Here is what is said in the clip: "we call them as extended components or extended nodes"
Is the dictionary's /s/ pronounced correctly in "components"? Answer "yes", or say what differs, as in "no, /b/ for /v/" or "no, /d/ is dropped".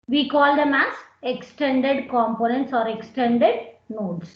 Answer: yes